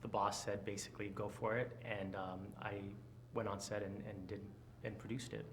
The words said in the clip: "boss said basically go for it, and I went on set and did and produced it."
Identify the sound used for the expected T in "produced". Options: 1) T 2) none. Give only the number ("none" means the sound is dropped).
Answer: 1